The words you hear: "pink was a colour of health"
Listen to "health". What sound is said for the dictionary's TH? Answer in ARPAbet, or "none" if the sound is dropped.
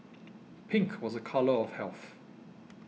TH